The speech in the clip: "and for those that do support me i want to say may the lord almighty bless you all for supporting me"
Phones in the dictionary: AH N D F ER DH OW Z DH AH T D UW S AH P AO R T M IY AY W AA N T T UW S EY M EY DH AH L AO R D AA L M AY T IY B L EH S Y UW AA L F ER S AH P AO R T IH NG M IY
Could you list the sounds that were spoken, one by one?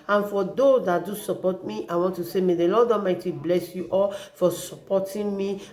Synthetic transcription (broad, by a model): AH N F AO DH OW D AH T D UW S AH P AO T M IY AY W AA N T T UW S EY M EY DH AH L AO D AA M AY T IY B L EH S Y UW AA L F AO S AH P AO T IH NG M IY